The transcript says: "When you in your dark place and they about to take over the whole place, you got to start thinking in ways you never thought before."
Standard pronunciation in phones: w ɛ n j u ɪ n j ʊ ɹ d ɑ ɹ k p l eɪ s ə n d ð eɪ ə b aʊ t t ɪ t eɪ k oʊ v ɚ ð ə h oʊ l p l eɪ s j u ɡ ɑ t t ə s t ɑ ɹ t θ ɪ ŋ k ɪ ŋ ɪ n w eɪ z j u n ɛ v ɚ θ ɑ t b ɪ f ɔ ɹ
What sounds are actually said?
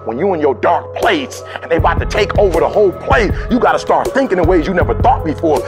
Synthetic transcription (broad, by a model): w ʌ n j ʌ ɪ n j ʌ ɹ d ɑ ɹ k p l eɪ s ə n ð eɪ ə aʊ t t ɪ t eɪ k oʊ v ɚ ð ə h oʊ l p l eɪ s j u ɡ ɑ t t ə s t ɑ ɹ t θ ɪ ŋ k ɪ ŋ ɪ w eɪ z j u n ɛ v ɚ θ ɑ t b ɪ f ɔ ɹ